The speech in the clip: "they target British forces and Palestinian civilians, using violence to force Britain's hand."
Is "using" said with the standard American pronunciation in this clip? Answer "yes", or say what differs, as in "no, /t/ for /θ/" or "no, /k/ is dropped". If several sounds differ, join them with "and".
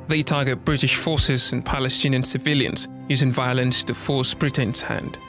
yes